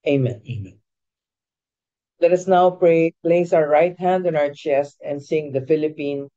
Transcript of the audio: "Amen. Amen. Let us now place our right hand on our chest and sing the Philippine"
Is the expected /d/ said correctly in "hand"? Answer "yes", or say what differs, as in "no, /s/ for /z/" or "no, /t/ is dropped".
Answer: yes